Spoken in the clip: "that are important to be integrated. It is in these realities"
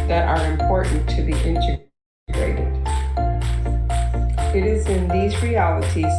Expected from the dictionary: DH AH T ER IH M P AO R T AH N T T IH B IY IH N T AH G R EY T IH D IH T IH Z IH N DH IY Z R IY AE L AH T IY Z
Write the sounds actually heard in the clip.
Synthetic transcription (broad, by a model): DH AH T ER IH M P AO R T N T T IH B IY IH N T AH G R EY T IH D IH T IH Z IH N DH IY Z R IY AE L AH T IY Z